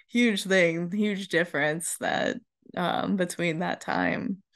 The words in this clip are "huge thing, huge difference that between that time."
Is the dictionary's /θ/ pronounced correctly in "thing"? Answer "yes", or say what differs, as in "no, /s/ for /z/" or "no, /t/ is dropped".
yes